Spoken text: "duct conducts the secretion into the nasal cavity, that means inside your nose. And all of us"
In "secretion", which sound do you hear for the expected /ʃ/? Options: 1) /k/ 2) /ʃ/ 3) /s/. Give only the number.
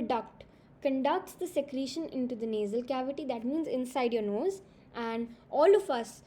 2